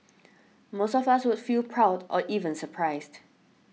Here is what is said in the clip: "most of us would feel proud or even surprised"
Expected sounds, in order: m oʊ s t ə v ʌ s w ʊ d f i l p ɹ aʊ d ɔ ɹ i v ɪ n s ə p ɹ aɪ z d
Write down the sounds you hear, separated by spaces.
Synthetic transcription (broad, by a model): m oʊ s t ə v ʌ s w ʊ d f i l p ɹ aʊ d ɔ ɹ i v ɪ n s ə p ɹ aɪ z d